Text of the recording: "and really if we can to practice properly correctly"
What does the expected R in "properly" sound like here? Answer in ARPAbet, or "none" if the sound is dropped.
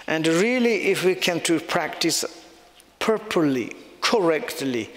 none